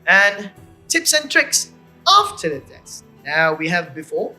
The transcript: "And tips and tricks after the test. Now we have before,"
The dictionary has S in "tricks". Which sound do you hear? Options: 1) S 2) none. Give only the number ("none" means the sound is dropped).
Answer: 1